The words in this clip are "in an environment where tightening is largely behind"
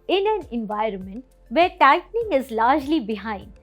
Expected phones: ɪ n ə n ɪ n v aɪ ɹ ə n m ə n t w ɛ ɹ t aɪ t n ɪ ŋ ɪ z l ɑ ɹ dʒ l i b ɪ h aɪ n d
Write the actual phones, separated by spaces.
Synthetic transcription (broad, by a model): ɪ n ə n ɪ n v aɪ ɹ ə n m ə n t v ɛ ɹ t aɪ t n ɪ ŋ ɪ z l ɑ ɹ dʒ l i b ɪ h aɪ n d